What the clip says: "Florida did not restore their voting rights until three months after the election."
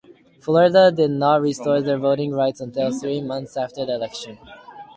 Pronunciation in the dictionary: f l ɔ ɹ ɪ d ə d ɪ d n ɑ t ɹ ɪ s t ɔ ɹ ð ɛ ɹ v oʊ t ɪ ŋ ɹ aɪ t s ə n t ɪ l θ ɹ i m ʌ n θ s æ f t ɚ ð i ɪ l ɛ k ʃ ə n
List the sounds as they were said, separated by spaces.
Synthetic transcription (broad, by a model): f l ɔ ɹ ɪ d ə d ɪ d n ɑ t ɹ ɪ s t ɔ ɹ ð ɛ ɹ v oʊ t ɪ ŋ ɹ aɪ t s n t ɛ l θ ɹ i m ʌ n θ s æ f t ɚ ð i ɪ l ɛ k ʃ ə n